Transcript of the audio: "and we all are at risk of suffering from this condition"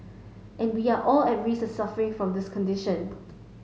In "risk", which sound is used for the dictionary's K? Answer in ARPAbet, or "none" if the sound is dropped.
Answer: none